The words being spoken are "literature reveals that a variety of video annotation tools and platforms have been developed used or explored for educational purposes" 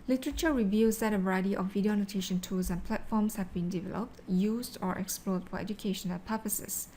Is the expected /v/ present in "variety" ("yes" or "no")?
no